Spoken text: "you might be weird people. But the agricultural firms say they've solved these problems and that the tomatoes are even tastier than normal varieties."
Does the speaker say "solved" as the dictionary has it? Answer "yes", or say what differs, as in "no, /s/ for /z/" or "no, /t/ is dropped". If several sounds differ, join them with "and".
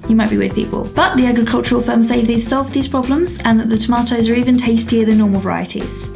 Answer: yes